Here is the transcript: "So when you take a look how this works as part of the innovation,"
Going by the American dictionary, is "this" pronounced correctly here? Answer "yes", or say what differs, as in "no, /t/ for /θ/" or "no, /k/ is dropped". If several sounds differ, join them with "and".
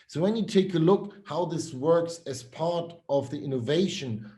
yes